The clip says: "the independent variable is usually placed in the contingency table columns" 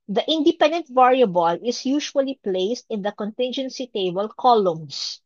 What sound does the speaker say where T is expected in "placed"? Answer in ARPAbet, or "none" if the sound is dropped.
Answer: T